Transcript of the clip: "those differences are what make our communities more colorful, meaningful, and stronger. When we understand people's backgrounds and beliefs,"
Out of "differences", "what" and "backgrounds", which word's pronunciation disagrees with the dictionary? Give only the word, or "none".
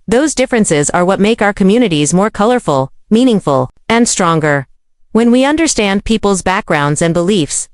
none